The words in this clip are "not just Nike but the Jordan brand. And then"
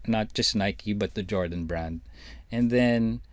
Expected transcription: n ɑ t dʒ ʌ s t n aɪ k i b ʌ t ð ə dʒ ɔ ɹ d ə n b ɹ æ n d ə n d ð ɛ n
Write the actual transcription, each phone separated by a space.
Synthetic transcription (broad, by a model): n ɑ t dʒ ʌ s t n aɪ k i b ʌ t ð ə dʒ ɔ ɹ d ə n b ɹ æ n d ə n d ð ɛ n